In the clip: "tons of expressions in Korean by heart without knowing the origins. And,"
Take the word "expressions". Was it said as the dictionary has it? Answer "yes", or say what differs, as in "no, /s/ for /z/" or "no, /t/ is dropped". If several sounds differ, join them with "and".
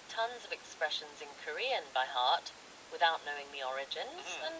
yes